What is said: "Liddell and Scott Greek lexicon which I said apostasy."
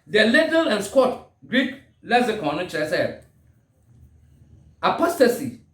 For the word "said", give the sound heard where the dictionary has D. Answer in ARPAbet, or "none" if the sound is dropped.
none